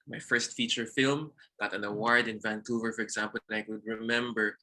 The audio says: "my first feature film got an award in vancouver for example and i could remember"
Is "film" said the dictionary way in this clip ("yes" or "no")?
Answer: yes